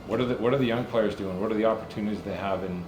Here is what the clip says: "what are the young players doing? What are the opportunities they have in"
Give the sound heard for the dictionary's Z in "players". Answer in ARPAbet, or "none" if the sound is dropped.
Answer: Z